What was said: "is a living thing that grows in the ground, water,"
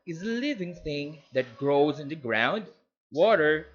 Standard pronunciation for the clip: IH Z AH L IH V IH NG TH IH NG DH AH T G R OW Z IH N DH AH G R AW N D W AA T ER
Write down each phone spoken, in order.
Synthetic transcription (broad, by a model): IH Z AH L IH V IH NG TH IH NG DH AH T G R OW Z IH N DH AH G R AW N D W AA T ER